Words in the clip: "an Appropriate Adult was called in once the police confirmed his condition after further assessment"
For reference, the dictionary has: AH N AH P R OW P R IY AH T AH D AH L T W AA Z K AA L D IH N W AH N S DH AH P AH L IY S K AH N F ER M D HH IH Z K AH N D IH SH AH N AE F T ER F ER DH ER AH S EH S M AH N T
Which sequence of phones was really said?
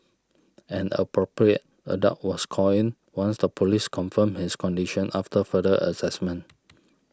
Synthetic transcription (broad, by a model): AH N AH P R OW P R IY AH T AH D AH T W AA S K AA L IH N W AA N S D AH P AH L IY S K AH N F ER M HH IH S K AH N D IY SH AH N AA F T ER F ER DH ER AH S EH S M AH N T